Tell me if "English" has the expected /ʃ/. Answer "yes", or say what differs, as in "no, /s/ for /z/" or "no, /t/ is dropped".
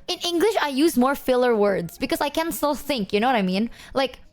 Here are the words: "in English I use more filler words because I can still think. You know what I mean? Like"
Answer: yes